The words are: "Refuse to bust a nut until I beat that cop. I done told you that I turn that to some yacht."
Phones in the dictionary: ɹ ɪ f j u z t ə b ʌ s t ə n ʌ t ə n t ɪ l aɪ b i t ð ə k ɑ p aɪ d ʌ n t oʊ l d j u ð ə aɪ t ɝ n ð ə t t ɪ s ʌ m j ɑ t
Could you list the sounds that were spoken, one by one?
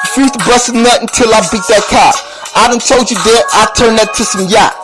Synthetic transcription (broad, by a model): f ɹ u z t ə b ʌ s ə n ʌ t ə n t ɪ l aɪ b i t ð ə k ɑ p aɪ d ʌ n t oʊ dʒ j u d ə aɪ t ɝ n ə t t ɪ s ʌ m j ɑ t